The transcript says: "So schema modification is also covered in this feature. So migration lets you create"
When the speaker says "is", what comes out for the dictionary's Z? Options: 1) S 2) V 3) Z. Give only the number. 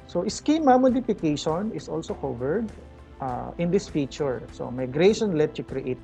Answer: 1